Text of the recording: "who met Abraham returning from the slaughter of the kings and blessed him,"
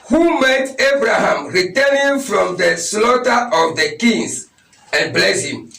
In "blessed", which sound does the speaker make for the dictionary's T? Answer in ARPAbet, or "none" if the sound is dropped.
none